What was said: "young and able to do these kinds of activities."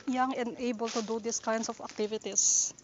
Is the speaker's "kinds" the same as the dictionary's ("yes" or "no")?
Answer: no